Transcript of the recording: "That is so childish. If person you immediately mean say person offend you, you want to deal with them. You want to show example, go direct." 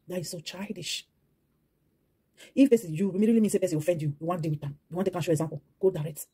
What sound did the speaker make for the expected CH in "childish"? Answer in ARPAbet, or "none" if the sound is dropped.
CH